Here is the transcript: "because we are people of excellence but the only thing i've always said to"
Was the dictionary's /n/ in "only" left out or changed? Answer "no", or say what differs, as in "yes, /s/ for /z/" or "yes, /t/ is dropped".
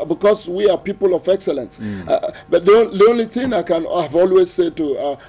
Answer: no